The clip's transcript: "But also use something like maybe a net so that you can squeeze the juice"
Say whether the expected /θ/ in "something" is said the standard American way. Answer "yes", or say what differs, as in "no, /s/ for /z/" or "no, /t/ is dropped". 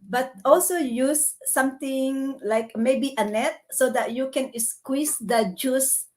no, /t/ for /θ/